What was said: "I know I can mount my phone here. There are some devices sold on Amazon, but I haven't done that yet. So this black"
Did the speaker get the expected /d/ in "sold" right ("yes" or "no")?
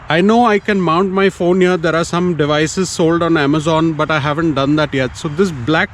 yes